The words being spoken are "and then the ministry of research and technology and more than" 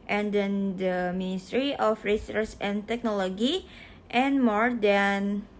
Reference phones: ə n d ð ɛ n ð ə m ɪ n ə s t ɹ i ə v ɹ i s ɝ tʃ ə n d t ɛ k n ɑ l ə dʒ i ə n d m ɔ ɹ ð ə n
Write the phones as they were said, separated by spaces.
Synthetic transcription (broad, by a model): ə n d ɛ n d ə m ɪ n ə s t ɹ i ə f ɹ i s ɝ s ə n t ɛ k n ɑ l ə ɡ i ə n m ɔ ɹ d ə n